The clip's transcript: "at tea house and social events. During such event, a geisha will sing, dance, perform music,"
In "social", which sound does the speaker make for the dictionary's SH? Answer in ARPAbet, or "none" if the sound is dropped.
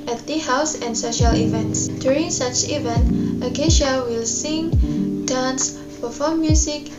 SH